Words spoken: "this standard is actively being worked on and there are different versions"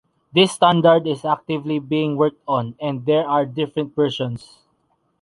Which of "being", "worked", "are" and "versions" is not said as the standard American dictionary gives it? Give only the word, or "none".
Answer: versions